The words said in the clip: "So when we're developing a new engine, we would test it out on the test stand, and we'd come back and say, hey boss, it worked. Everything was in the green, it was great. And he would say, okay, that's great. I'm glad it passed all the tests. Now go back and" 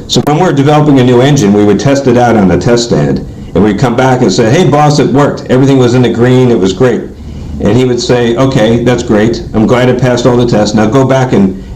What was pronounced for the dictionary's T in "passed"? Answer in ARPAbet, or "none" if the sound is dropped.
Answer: T